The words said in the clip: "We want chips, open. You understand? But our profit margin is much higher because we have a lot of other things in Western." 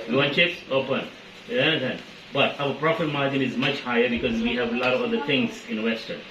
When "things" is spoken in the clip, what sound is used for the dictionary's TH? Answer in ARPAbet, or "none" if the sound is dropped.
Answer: T